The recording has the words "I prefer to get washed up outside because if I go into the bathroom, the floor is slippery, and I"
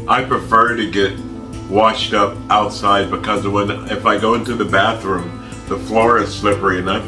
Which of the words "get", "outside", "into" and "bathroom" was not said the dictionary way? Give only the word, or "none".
none